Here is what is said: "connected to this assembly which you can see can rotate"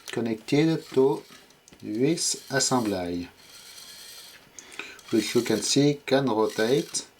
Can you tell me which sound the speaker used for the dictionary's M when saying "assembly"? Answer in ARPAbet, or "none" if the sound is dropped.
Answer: none